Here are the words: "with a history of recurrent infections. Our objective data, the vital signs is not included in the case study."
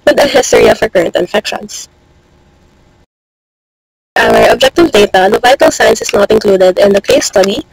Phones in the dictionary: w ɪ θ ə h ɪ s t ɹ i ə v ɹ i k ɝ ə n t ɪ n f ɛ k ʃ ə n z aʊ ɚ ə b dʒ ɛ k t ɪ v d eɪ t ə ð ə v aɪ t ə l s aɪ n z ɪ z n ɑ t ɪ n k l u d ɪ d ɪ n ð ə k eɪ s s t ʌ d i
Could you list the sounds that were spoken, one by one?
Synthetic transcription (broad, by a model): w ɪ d ə h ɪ s t ɹ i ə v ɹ k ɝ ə n t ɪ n f ɛ k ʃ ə n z aʊ ɚ ə b dʒ ɛ k t ɪ v d eɪ t ə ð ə v aɪ t ə l s aɪ n s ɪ s n ɑ t ɪ n k l u d ɪ d ɪ n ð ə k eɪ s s t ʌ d i